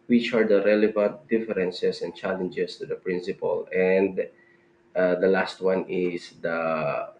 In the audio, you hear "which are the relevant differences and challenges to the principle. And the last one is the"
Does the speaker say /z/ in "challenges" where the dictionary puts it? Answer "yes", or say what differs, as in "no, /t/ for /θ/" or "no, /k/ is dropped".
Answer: no, /s/ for /z/